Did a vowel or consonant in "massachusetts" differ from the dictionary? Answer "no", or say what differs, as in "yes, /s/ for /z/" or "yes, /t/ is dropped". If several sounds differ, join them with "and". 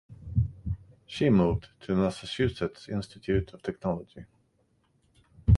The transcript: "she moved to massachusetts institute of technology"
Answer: yes, /s/ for /tʃ/